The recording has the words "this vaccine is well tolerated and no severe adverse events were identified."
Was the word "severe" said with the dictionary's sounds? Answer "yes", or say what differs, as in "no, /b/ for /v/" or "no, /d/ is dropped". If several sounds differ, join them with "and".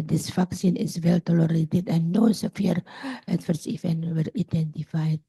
no, /f/ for /v/